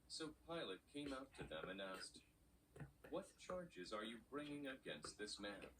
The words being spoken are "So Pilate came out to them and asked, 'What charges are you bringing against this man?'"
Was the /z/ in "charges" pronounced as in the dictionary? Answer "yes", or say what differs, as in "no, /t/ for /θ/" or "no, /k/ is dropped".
yes